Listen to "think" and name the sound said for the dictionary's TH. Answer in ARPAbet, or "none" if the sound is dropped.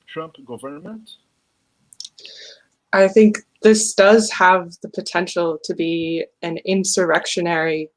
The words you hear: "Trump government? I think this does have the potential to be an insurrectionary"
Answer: TH